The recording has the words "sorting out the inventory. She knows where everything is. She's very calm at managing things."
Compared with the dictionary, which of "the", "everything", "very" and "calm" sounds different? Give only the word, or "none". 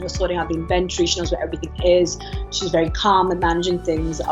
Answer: none